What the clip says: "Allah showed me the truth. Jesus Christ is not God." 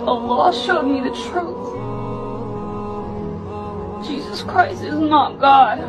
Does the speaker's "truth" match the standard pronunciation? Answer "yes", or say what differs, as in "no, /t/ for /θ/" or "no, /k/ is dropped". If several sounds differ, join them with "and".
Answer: yes